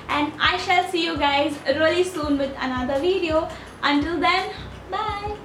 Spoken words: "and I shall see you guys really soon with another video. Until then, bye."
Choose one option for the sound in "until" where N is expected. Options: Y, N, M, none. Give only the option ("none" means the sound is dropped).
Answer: N